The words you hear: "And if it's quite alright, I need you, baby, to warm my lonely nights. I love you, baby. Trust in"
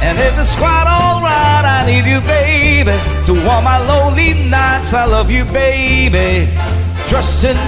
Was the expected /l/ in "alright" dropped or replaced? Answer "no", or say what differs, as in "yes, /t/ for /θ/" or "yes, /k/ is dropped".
no